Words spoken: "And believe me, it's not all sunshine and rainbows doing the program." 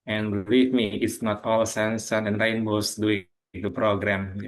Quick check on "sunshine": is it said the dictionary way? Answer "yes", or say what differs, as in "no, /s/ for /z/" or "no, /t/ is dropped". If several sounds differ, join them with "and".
no, /s/ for /ʃ/